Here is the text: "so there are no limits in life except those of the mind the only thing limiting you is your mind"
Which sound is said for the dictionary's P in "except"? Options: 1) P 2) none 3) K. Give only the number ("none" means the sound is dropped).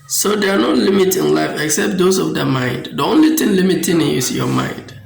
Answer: 1